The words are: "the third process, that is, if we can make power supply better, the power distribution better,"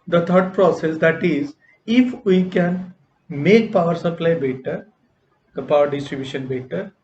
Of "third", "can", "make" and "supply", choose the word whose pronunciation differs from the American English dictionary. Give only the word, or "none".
third